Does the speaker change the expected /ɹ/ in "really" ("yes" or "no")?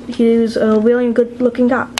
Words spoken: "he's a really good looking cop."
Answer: yes